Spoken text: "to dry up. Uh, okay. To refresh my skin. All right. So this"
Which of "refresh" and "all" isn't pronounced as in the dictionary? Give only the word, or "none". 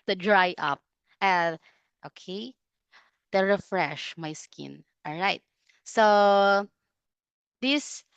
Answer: none